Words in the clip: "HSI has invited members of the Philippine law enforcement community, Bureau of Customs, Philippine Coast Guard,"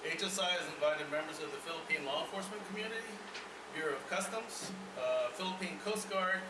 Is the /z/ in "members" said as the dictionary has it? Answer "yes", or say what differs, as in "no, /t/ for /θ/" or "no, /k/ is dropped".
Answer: yes